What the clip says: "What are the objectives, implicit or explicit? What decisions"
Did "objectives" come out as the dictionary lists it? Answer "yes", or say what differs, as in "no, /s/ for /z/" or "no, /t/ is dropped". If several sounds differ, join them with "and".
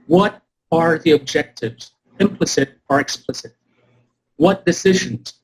yes